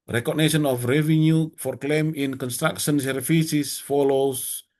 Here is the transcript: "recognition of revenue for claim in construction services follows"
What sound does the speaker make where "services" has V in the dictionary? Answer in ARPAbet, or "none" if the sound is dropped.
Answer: F